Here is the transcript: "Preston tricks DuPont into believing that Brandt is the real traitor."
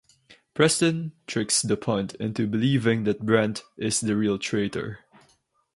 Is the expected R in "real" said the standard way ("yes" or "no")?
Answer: yes